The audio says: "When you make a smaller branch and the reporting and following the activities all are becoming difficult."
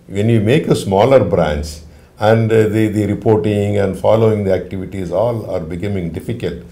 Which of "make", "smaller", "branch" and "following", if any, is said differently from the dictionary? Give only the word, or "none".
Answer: branch